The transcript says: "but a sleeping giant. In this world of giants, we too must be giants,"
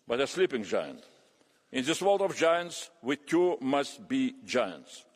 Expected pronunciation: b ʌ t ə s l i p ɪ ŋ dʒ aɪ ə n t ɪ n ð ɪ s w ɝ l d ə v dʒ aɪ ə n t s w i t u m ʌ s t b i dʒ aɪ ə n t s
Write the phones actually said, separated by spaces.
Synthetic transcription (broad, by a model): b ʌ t ə s l i p ɪ ŋ dʒ aɪ ə n t ɪ n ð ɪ s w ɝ l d ə v dʒ aɪ ə n t s w i t u m ʌ s t b i dʒ aɪ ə n t s